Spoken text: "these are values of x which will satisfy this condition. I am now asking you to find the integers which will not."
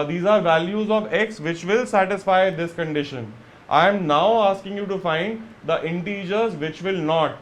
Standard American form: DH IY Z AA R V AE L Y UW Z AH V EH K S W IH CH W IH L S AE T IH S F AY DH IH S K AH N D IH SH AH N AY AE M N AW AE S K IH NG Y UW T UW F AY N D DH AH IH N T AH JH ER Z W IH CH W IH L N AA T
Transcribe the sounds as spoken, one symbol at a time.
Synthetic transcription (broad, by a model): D IY Z AA R V AE L Y UW Z AH V EH K S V IH CH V IH L S AE T IH S F AY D IH S K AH N D IH SH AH N AY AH M N AW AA S K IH NG Y UW T UW F AY N D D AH IH N T AH JH ER Z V IH CH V IH L N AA T